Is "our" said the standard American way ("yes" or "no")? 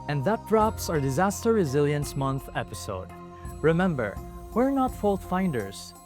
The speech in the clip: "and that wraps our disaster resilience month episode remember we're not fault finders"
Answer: yes